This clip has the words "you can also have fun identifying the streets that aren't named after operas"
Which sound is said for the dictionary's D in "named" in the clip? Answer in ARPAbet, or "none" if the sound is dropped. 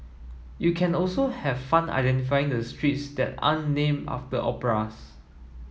none